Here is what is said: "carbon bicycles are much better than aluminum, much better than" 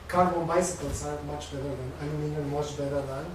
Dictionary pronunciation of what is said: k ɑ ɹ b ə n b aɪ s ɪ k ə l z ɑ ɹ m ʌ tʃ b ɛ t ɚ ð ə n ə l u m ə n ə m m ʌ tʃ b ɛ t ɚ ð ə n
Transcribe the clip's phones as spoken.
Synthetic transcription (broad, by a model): k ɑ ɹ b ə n b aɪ s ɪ k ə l s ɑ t m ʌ tʃ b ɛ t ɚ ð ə n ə n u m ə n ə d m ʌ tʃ b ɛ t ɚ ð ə n